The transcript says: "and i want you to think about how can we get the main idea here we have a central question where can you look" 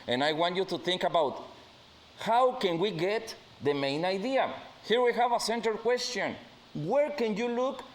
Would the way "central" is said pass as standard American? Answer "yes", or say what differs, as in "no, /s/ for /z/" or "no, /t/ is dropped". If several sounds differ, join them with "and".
no, /ɹ/ is dropped